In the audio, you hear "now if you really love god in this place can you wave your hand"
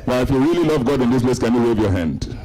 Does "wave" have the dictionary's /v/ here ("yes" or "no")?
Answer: yes